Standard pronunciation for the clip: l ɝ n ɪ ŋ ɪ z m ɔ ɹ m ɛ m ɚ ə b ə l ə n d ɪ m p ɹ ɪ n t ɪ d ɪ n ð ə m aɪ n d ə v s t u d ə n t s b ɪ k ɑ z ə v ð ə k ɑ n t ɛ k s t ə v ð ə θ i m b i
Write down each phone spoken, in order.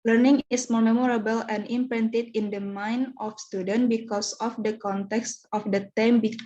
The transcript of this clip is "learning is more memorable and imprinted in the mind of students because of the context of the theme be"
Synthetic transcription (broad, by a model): l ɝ n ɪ ŋ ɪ s m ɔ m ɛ m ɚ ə b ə l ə n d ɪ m p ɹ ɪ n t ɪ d ɪ n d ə m aɪ n ə f s t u d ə n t b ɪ k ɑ s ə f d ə k ɑ n t ɛ k s t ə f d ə t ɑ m b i